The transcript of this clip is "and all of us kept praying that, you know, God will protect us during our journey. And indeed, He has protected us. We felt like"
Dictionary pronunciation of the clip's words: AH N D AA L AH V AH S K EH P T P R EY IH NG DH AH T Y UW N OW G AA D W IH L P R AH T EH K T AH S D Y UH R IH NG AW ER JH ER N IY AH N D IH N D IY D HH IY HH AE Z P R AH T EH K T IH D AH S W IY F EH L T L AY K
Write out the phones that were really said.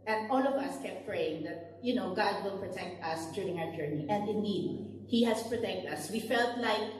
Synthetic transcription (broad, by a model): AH N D AA L AH V AH S K EH P T P R EY IH NG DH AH T Y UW N OW G AA D W IH L P R AH T EH K T AH S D Y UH R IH NG AW ER JH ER N IY AH N D IH N D IY D HH IY HH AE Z P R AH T EH K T AH S W IY F EH L T L AY K